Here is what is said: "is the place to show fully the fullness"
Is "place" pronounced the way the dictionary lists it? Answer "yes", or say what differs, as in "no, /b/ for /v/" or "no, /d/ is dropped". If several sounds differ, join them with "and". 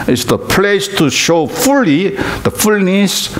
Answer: yes